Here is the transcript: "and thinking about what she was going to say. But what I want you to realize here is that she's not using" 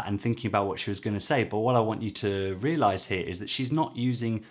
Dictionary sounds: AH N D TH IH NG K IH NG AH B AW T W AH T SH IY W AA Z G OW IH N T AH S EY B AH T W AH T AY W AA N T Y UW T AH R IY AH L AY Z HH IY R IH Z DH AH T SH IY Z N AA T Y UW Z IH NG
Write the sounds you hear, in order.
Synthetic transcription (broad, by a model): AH N TH IH NG K IH NG AH B AW T W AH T SH IY W AA Z G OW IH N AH S EY B AH T W AH T AY W AA N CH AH T AH R IY AH L AY Z HH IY R IH Z DH AH T SH IY Z N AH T Y UW Z IH NG